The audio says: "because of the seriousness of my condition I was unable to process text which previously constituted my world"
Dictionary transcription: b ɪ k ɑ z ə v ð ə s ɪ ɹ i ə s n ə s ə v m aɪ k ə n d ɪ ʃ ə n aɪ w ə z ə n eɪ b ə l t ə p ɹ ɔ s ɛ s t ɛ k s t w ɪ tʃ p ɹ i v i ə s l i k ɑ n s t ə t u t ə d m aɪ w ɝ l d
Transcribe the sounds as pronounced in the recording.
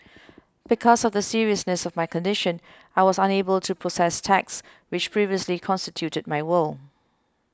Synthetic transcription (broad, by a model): b ɪ k ɑ z ə v ð ə s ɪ ɹ i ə s n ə s ə v m aɪ k ə n d ɪ ʃ ə n aɪ w ə z ə n eɪ b ə l t ə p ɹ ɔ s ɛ s t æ k s w ɪ tʃ p ɹ i v i ə s l i k ɑ n s t ə t u t ə d m aɪ w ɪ l